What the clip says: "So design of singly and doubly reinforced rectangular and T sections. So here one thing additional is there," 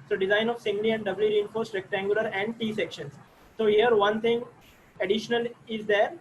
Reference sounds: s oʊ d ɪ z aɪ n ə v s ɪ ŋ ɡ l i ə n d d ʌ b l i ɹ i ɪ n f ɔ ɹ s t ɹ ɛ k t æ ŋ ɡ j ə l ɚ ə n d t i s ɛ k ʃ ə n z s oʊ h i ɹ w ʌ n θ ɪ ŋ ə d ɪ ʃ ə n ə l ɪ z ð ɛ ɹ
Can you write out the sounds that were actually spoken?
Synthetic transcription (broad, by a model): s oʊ d ɪ z aɪ n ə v s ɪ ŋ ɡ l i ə n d d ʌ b l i ɹ i ɪ n f ɔ ɹ s t ɹ ɛ k t æ ŋ ɡ j ə l ɚ ə n d t i s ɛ k ʃ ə n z s oʊ h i ɹ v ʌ n t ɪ ŋ ə d ɪ ʃ ə n ə l ɪ z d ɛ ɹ